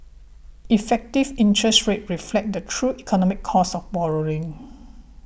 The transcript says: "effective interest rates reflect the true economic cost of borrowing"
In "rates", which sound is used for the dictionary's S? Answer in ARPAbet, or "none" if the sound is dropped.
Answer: none